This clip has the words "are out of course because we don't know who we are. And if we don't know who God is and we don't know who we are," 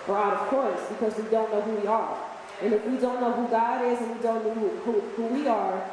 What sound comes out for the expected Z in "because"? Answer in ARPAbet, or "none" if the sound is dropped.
Z